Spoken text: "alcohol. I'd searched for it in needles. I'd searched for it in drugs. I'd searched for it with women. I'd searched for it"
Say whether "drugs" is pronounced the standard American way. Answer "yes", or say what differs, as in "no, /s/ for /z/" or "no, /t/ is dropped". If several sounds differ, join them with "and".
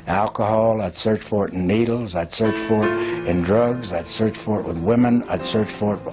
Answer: yes